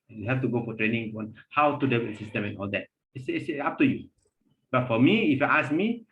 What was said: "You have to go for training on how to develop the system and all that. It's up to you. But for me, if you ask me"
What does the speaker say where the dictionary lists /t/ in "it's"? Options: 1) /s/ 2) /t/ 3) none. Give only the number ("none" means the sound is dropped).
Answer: 1